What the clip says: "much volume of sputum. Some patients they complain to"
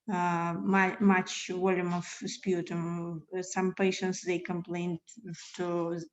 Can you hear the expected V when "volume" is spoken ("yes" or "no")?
no